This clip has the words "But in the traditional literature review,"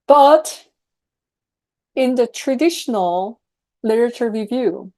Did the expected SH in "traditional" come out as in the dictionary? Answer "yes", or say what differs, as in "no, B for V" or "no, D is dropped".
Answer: yes